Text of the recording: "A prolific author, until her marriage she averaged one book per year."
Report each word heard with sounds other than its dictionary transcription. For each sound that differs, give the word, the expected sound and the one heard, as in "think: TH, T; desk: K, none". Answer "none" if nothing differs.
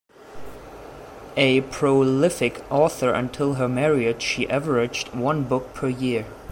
none